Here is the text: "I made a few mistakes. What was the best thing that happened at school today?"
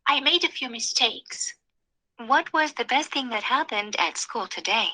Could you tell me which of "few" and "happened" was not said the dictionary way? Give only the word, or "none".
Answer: none